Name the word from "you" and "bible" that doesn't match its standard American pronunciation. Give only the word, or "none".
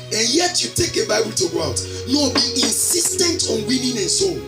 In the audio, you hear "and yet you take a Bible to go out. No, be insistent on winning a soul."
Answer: none